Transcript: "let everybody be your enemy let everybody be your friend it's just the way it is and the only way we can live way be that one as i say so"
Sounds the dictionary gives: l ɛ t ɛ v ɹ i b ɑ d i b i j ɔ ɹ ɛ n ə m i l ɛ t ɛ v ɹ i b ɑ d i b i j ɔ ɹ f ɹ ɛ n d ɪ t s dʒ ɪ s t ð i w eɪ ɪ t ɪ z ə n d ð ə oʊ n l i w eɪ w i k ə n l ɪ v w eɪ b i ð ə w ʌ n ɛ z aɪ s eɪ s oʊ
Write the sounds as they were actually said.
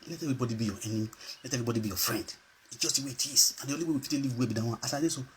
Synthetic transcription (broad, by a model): l ɛ t ɛ v ɹ i b ɑ d i b i j ɔ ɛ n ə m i l ɛ t ɛ v ɹ i b ɑ d i b i j ɔ f ɹ ɛ n d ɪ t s dʒ ɪ s t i w eɪ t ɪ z ə n d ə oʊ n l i w eɪ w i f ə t l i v w eɪ b i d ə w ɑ ɑ s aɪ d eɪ s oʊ